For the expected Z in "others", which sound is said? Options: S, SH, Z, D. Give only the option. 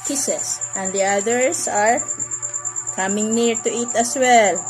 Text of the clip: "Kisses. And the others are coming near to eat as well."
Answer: S